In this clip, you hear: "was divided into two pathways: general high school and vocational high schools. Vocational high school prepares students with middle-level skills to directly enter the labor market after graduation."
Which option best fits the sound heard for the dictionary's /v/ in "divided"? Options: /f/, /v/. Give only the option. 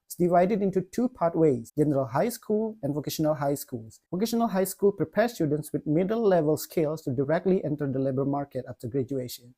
/v/